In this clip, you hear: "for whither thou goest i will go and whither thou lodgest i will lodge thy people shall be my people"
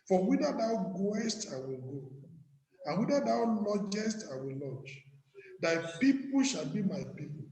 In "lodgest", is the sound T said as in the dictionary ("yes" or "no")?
yes